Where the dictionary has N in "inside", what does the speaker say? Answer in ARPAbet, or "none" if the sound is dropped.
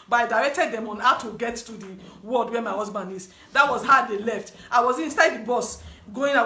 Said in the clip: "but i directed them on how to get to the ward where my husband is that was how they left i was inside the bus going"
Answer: N